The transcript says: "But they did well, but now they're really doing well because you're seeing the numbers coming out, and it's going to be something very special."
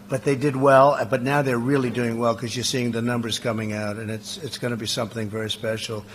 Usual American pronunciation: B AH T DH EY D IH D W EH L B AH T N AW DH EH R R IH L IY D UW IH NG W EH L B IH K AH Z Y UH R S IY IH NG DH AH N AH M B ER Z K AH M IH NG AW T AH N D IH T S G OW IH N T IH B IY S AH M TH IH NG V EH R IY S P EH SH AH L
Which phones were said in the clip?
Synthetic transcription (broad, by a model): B AH T DH EY D IH D W EH L B AH T N AW DH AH R R IH L IY D UW IH NG W EH L K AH Z Y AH R S IY IH NG DH AH N AH M B ER Z K AH M IH NG AW T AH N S IH T S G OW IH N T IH B IY S AH M TH IH NG V EH R IY S P EH SH L